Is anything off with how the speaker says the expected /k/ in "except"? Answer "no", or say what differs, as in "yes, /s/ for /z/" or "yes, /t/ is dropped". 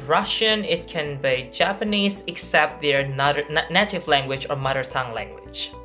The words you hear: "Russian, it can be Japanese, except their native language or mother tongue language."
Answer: no